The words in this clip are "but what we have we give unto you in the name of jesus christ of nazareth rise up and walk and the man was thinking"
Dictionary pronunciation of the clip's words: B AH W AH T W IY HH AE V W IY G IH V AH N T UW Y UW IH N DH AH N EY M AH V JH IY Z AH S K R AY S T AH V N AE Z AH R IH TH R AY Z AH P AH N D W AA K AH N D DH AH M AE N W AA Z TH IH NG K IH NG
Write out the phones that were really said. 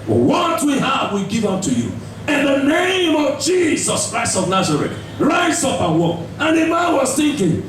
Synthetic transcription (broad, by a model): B W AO T W IY HH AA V W IY G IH V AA T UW Y UW IH N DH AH N EY M AH V JH IY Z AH S K R AY S T AH V N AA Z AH R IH T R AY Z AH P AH W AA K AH N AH M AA N W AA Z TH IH NG K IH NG